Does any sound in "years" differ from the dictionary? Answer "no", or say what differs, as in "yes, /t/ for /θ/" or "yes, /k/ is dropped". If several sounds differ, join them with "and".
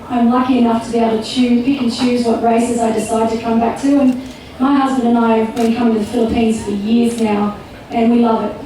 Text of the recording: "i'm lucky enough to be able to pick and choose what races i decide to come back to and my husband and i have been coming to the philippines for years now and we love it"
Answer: no